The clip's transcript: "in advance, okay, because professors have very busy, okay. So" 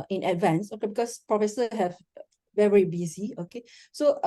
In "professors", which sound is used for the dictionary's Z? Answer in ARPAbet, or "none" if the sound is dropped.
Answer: none